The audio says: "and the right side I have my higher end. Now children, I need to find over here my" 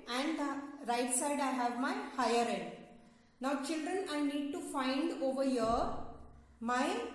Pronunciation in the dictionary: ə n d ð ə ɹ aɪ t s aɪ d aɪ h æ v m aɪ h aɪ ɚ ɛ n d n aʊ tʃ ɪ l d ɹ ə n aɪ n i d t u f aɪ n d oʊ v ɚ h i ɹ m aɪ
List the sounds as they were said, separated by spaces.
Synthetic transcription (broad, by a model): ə n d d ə ɹ aɪ t s aɪ d aɪ h æ v m aɪ h aɪ ɚ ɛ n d n aʊ tʃ ɪ l d ɹ ə n aɪ n i d t u f aɪ n d oʊ v ɚ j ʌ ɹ m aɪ